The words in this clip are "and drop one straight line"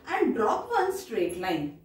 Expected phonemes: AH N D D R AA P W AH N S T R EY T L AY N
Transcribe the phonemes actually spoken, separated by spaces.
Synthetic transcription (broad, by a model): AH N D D R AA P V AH N S T R EY T L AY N